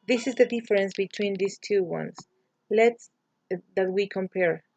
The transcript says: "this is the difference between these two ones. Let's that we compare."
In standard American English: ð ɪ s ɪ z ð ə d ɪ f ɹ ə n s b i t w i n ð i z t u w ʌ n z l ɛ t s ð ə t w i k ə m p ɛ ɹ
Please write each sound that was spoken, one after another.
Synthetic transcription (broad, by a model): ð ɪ s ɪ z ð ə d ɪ f ɹ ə n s b i t w i n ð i s t u w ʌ n s l ɛ t s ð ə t w i k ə m p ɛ ɹ